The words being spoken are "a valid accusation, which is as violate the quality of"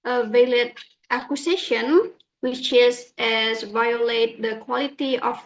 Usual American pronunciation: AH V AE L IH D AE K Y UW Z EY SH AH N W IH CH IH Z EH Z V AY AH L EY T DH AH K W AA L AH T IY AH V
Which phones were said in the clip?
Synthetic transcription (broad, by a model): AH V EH L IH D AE K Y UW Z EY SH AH N W IH CH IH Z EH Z V AY AH L EY T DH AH K W AA L AH T IY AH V